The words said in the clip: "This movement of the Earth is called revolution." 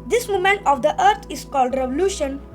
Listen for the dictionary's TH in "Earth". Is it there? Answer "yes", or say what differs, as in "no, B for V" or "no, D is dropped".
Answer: no, T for TH